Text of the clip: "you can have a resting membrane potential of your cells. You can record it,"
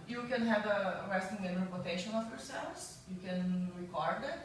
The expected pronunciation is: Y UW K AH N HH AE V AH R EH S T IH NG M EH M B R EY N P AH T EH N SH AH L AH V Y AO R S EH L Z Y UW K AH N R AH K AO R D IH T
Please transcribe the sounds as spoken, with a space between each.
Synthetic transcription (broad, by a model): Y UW K AH N HH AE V AH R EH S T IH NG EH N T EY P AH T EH SH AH N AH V Y AO R S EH L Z Y UW K AH N R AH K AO R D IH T